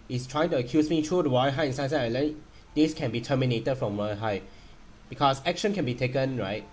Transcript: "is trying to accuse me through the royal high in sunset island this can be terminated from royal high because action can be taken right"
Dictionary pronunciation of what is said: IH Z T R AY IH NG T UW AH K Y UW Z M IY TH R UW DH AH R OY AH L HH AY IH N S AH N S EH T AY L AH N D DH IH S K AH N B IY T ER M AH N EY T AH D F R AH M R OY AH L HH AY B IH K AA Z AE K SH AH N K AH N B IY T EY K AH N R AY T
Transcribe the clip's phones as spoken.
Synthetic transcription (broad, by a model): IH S T R AY IH NG T UW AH K Y UW S M IY T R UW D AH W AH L HH AY IH N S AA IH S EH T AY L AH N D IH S K AH N B IY T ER M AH N EY T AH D F R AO M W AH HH AY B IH K AA S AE K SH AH N K AH N B IY T EY K AH N R AY T